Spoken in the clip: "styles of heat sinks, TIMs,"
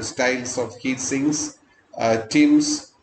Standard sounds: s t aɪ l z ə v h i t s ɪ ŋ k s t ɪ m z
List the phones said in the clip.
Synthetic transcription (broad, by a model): s t aɪ l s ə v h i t s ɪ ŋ s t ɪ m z